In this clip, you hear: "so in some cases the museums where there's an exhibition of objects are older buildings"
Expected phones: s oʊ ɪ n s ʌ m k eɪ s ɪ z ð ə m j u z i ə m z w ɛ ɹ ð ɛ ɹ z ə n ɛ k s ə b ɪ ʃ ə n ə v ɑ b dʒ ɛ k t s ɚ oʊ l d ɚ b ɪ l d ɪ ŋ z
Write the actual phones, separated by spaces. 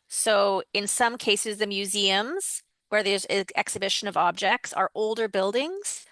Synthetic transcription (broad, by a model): s oʊ ɪ n s ʌ m k eɪ s ɪ z ð ə m j u z i ə m z w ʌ ɹ ð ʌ ɹ z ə ɛ k s ə b ɪ ʃ ə n ə v ɑ b dʒ ɛ k t s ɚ oʊ l d ɚ b ɪ l d ɪ ŋ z